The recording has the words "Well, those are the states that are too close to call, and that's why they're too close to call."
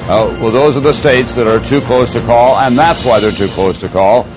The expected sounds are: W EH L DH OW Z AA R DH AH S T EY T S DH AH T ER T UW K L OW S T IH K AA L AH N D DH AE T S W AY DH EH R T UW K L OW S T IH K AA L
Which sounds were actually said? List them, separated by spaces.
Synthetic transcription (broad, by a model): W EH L DH OW Z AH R DH AH S T EY T S DH AH T ER T UW K L OW S T IH K AA L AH N DH AE T S W AY DH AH R T UW K L OW S T IH K AA L